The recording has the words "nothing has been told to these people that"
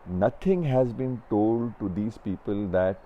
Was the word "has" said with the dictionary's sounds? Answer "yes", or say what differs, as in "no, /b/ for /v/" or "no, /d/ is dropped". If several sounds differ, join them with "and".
yes